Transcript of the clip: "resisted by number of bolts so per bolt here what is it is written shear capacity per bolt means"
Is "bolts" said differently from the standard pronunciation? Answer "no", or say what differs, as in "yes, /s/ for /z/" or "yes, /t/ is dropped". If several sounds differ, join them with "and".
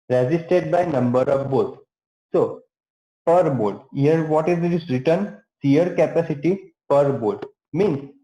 yes, /l/ is dropped